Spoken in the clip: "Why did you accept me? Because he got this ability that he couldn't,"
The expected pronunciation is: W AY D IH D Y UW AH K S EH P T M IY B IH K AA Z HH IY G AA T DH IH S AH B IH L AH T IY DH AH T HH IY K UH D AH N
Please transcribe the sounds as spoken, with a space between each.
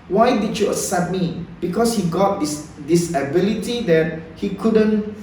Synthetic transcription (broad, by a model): W AY D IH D Y UW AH S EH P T M IY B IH K AA S HH IY G AA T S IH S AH B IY L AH T IY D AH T HH IY K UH D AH N